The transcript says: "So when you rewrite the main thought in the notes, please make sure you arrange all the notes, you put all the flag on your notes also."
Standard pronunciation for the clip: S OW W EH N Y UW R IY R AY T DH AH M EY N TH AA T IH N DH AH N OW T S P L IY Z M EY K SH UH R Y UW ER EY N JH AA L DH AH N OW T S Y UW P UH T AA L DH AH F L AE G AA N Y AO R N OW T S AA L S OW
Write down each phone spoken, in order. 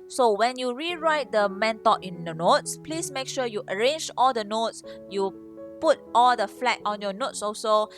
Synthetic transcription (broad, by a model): S OW W EH N Y UW R IY R AY T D AH M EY N T AA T IH N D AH N OW T S P L IY S M EY K SH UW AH Y UW ER EY N JH AA L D AH N OW T S Y UW P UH T AA L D AH F L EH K AA N Y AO N OW T S AA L S OW